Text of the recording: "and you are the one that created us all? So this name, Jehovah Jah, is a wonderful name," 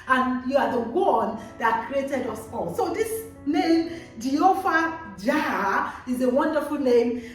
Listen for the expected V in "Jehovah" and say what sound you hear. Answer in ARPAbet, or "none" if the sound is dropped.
F